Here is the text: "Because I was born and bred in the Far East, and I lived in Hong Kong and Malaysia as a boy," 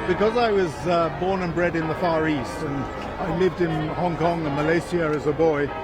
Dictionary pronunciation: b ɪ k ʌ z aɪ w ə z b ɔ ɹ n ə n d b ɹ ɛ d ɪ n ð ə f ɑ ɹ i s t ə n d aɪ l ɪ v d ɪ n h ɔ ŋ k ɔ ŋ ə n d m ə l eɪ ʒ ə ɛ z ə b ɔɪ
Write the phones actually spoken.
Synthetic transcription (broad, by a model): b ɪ k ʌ z aɪ w ə z b ɔ ɹ n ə n b ɹ ɛ d ɪ n ð ə f ɑ ɹ i s t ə n aɪ l ɪ v d ɪ n h ɔ ŋ k ɔ ŋ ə m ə l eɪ s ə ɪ z ə b ɔɪ